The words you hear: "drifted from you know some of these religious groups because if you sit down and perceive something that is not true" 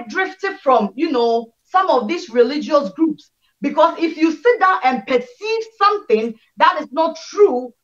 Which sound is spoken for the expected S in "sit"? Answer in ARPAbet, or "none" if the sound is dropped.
S